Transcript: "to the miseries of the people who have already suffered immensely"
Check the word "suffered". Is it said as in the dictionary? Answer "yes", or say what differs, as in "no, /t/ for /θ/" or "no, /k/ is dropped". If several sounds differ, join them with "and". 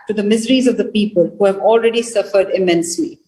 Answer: yes